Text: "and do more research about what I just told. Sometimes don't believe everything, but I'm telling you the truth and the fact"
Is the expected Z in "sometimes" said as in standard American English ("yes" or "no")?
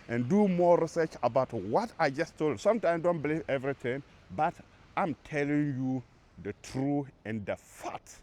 no